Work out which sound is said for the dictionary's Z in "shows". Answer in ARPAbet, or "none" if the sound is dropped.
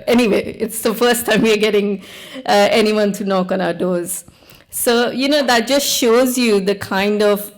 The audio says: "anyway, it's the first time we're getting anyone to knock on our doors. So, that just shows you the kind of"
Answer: Z